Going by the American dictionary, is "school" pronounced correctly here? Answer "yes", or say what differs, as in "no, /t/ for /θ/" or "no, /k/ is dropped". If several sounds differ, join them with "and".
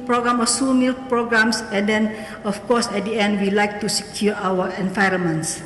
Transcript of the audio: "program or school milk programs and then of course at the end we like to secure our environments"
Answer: no, /k/ is dropped